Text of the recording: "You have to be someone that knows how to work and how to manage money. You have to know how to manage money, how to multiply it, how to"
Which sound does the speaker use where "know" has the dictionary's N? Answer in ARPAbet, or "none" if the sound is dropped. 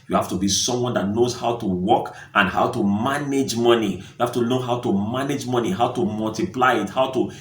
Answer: L